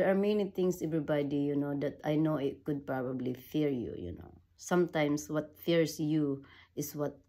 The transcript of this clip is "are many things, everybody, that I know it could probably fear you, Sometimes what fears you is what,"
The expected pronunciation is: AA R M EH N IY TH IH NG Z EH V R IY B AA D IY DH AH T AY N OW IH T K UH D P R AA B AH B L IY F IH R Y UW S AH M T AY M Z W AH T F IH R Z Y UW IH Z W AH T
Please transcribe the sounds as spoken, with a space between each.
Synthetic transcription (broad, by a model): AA R M EH N IY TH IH NG S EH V R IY B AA D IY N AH T AY N OW IH T K UH D P R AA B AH B L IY F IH R Y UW S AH M T AY M S W AH T F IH R S Y UW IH S W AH T